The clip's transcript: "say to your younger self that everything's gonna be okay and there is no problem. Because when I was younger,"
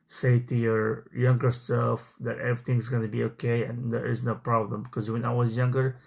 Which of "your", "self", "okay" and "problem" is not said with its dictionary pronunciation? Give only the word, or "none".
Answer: self